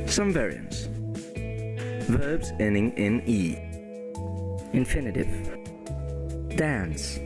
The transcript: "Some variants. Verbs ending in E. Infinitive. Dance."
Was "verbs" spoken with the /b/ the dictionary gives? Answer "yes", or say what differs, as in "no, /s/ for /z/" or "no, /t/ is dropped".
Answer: yes